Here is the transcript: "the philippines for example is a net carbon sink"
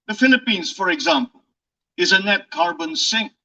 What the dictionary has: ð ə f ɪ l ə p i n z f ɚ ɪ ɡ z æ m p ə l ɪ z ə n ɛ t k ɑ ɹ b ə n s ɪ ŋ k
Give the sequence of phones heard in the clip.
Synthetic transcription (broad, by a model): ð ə f ɪ l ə p i n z f ɚ ɪ ɡ z æ m p ə l ɪ z ə n ɛ t k ɑ ɹ b ə n s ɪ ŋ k